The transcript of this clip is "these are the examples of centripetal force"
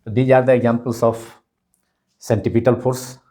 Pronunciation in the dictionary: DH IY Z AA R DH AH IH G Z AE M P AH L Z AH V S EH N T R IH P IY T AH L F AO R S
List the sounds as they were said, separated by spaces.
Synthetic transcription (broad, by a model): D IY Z AA R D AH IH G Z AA M P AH L S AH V S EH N T IH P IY T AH L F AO R S